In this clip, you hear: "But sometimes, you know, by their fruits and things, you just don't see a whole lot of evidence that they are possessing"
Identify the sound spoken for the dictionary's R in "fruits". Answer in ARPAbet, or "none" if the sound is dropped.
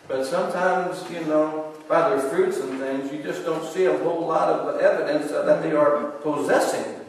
R